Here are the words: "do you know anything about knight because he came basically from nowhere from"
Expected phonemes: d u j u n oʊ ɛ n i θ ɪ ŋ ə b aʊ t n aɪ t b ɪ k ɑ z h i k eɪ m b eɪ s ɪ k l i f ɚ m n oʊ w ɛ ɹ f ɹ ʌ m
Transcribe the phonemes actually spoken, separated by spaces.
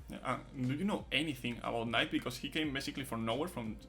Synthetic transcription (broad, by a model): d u j u n oʊ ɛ n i θ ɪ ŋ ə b aʊ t n aɪ t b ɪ k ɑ s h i k eɪ m b eɪ s ɪ k l i f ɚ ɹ n oʊ w ɛ ɹ f ɹ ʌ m